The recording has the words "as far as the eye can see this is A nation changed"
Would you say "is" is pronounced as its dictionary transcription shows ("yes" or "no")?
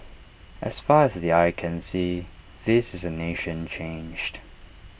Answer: yes